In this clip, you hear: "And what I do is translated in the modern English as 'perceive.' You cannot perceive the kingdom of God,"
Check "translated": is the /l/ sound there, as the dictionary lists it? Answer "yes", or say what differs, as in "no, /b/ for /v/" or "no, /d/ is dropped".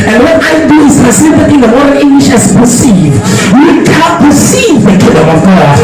no, /l/ is dropped